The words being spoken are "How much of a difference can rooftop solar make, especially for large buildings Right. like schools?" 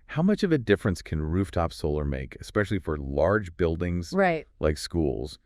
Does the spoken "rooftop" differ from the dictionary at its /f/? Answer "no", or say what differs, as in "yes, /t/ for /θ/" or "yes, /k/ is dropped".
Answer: no